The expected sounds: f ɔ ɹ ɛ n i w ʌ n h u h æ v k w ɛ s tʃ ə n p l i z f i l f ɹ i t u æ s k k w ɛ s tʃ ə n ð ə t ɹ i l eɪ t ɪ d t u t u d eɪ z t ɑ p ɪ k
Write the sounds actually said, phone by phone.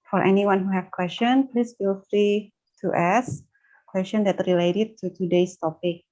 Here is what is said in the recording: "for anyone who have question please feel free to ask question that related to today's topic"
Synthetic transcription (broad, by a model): f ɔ ɹ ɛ n i w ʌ n h u h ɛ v k w ɛ s tʃ ə n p l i s f i l f ɹ i t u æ s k k w ɛ s tʃ ə n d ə t ɹ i l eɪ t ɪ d t u t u d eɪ s t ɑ p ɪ k